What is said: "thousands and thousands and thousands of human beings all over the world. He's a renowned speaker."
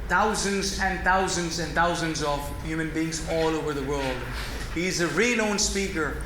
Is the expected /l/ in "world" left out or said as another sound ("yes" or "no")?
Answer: no